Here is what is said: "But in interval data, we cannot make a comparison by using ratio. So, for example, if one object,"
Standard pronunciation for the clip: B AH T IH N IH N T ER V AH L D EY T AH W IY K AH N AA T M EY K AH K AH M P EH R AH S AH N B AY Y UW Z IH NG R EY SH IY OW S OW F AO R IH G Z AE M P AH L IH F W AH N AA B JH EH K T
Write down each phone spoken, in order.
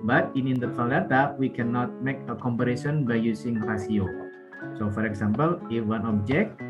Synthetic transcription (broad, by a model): B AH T IH N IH N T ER F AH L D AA T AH W IY K AH N AA T M EY K AH K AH M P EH R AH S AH N B AY Y UW S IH NG R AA S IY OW S OW F AO R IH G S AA M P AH L IH F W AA N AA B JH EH K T